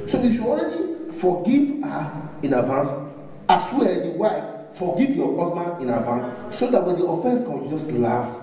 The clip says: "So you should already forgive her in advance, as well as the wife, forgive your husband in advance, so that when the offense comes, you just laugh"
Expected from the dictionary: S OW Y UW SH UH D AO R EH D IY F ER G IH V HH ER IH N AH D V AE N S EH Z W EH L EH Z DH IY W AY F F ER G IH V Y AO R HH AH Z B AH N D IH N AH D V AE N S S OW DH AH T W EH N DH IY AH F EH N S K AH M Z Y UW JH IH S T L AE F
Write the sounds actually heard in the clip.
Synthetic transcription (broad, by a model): S OW Y UW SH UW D AO R EH D IY F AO G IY V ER IH N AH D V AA N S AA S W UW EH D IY W AY F F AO G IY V Y AO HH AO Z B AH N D IH N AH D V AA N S S OW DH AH T W EH N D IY AH F EH N S K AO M Y UW JH IH S T L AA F